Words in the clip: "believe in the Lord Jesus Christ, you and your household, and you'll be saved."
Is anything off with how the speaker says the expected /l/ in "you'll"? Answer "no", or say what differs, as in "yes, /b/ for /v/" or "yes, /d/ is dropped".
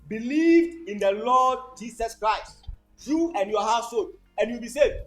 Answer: yes, /w/ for /l/